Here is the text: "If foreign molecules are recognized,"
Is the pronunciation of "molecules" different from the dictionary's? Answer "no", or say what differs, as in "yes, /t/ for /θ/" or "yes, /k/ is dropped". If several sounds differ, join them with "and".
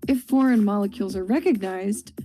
no